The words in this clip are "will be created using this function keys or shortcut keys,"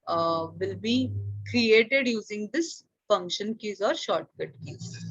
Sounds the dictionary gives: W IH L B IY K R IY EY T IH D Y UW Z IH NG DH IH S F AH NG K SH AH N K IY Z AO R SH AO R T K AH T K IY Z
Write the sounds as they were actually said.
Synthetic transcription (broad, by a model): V IH L B IY K R IY EY T IH D Y UW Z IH NG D IH S F AH NG K SH AH N K IY Z AO R SH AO R T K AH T K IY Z